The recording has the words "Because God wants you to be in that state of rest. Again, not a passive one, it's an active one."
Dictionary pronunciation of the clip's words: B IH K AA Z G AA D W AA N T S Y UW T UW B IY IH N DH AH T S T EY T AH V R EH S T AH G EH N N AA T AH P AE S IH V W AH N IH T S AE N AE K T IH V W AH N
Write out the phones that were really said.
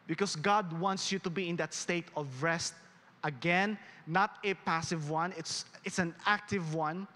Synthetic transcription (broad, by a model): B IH K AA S G AA D W AA N T S Y UW T UW B IY IH N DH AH T S T EY T AH V R EH S T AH G EH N N AA T AH P AE S IH V W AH N IH T S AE N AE K T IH V W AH N